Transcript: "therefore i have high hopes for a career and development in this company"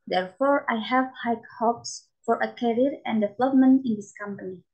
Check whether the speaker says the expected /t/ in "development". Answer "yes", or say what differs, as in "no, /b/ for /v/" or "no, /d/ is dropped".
no, /t/ is dropped